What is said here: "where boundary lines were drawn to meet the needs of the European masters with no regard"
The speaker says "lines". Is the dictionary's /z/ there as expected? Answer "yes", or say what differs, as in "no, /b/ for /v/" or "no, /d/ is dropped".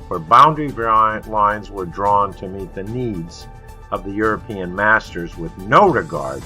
yes